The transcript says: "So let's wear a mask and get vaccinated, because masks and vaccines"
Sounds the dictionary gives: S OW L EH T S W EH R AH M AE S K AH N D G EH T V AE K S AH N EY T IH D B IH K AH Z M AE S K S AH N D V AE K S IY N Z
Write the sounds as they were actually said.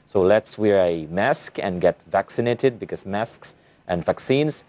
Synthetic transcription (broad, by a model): S OW L EH T S W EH R AH M AE S K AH N G EH T V AE K S AH N EY T IH D B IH K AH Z M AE S K S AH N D V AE K S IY N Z